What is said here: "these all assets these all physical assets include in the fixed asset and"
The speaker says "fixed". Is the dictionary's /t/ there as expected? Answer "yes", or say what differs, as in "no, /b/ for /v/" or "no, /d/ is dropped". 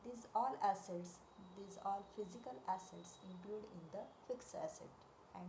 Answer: no, /t/ is dropped